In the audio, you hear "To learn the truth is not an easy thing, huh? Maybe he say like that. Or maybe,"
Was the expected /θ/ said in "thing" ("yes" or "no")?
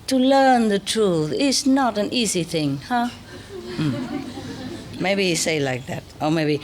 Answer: yes